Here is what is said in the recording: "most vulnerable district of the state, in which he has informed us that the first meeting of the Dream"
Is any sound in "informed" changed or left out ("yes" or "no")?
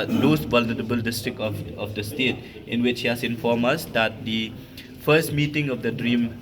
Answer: yes